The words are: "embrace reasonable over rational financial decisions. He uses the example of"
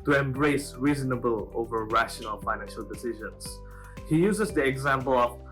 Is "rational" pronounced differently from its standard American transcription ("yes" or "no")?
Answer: no